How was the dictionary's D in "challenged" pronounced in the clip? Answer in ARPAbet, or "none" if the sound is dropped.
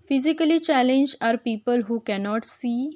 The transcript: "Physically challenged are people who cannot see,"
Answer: none